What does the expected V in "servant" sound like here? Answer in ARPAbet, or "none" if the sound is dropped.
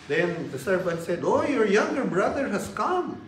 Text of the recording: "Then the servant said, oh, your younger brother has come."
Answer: B